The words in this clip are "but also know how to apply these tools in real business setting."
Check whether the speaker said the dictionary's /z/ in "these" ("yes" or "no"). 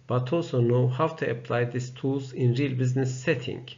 no